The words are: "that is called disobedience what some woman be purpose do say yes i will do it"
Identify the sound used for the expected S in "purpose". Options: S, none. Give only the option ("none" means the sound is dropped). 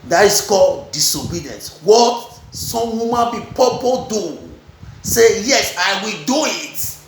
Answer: none